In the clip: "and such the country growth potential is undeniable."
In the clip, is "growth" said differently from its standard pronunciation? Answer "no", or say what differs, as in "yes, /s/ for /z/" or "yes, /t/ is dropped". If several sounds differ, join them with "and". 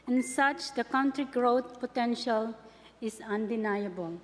yes, /t/ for /θ/